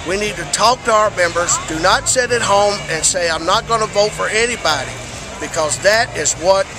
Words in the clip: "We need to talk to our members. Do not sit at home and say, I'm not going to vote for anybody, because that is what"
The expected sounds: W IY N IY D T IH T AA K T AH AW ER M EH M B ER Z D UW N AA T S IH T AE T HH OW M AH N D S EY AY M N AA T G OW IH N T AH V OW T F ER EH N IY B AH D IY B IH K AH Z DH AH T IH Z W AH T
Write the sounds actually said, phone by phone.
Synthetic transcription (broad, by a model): W IY N IY D T IH T AA K T AH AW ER M EH M B ER Z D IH N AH T S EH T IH T HH OW M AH N S EY AY M N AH T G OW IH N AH V OW T F ER EH N IY B AH D IY B IH K AH Z DH AH T IH Z W AH T